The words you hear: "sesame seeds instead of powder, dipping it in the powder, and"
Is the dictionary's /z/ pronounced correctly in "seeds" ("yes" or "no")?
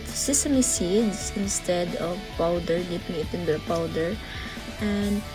no